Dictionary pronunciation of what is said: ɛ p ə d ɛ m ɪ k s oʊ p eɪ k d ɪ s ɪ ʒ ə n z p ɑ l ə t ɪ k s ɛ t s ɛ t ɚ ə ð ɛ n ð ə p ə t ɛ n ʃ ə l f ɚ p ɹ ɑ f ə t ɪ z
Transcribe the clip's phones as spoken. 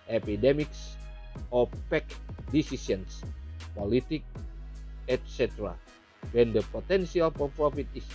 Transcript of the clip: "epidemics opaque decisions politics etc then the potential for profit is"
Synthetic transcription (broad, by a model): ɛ p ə d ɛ m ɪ k s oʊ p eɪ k d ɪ s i s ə n s p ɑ l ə t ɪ k ɛ t s ɛ t ɚ ə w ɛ n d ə p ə t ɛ n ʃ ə l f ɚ p ɹ ɑ f ə t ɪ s